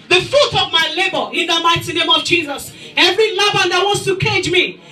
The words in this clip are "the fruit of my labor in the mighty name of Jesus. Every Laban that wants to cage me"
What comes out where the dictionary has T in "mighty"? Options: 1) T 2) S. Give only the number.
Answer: 1